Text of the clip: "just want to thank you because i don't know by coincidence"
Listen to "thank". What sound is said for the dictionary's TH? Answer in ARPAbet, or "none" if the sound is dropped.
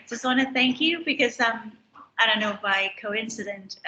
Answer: TH